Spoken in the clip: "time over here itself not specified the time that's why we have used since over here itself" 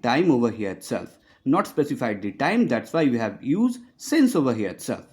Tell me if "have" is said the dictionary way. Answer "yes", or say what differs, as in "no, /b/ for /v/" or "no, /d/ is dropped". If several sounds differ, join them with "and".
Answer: yes